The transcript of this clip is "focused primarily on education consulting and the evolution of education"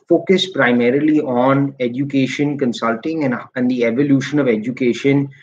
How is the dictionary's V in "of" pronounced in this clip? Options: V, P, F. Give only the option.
V